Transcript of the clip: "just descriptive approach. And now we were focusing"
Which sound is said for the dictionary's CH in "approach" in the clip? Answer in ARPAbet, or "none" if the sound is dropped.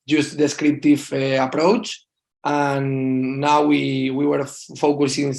CH